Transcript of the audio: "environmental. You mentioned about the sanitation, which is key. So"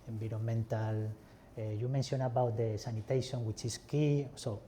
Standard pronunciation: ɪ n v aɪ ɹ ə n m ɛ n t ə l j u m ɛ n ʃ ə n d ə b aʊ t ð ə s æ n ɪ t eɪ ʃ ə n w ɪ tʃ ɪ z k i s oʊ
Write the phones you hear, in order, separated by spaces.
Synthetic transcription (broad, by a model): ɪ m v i ɹ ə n m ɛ n t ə l j u m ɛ n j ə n ə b aʊ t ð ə s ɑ n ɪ t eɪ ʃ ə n w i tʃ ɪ s k i s oʊ